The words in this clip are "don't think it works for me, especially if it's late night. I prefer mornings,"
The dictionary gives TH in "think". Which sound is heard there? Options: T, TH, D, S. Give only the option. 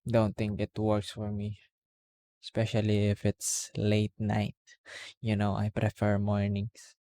T